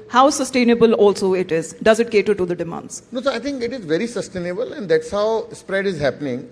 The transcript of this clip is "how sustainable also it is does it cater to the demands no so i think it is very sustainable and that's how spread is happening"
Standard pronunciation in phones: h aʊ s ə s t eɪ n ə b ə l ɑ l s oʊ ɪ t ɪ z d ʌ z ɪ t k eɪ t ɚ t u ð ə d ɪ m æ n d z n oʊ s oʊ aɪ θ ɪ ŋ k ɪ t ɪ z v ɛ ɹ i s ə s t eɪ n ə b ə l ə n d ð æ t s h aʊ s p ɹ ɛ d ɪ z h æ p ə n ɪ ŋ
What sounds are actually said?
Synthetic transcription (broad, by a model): h aʊ s ə s t eɪ n ə b ə l ɑ l s oʊ ɪ t ɪ z d ʌ z ɪ t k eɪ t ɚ t u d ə d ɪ m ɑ n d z n oʊ s oʊ aɪ t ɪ ŋ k ɪ t ɪ z v ɛ ɹ i s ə s t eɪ n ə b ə l ə n d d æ t s h aʊ s p ɹ ɛ d ɪ z h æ p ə n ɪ ŋ